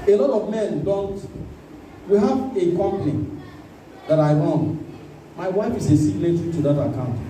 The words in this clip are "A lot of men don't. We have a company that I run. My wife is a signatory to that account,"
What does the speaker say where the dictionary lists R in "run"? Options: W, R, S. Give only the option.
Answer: W